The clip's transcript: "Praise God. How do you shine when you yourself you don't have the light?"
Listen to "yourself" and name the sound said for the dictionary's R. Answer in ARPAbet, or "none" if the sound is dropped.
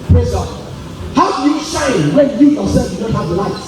W